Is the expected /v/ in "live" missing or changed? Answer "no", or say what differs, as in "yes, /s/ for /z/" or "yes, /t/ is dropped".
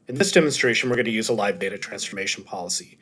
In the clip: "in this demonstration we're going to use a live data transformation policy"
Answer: no